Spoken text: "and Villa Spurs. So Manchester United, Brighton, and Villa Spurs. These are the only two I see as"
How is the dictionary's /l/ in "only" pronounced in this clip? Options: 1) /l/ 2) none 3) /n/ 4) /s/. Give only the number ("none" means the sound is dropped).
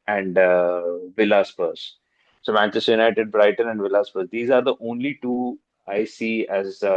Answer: 1